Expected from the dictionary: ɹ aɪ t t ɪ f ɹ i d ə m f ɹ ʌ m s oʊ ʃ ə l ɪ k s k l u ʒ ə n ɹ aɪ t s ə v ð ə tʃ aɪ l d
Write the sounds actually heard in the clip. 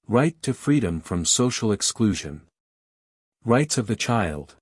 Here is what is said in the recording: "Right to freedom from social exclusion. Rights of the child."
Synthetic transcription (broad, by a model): ɹ aɪ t t ɪ f ɹ i d ə m f ɹ ʌ m s oʊ ʃ l ɪ k s k l u ʒ ə n ɹ aɪ t s ə v ð ə tʃ aɪ l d